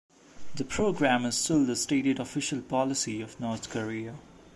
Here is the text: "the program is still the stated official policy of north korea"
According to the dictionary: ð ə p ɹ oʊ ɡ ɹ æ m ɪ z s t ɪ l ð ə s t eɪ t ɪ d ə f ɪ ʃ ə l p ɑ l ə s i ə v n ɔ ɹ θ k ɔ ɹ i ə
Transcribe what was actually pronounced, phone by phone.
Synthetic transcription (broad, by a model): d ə p ɹ oʊ ɡ ɹ æ m ɪ z s t ɪ l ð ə s t eɪ t ɪ d ə f ɪ ʃ ə l p ɑ l ə s i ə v n ɔ ɹ t k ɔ ɹ i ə